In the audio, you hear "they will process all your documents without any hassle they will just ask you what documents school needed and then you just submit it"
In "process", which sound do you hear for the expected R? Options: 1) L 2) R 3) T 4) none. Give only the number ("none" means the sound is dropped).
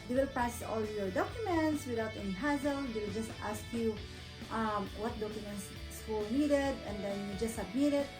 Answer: 4